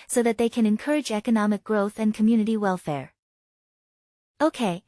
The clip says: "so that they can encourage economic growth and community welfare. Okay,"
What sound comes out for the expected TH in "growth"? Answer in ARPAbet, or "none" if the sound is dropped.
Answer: TH